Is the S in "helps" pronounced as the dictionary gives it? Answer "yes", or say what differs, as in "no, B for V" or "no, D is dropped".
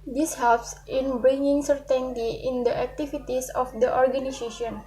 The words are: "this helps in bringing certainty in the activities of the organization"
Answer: yes